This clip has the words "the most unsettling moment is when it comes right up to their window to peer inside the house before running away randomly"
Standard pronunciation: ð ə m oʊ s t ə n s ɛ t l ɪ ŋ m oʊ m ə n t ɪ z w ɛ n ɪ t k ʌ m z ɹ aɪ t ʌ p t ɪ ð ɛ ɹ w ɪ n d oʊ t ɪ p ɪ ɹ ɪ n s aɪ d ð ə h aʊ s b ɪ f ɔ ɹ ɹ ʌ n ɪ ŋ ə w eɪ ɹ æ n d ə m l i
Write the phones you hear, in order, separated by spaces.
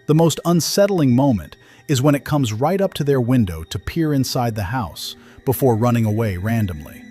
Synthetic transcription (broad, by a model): ð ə m oʊ s t ə n s ɛ t l ɪ ŋ m oʊ m ə n t ɪ z w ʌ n ɪ t k ʌ m z ɹ aɪ t ʌ p t ɪ ð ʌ ɹ w ɪ n d oʊ t ɪ p ɪ ɹ ɪ n s aɪ d ð ə h aʊ s b ɪ f ɔ ɹ ɹ ʌ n ɪ ŋ ə w eɪ ɹ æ n d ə m l i